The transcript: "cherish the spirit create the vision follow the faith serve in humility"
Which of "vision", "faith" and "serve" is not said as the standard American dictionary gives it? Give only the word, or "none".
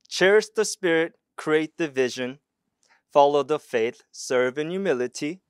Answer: none